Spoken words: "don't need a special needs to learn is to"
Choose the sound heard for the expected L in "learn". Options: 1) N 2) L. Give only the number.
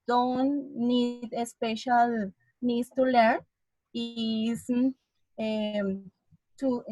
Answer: 2